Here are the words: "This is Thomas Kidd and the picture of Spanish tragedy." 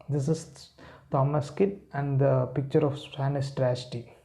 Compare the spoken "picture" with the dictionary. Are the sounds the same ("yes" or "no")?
yes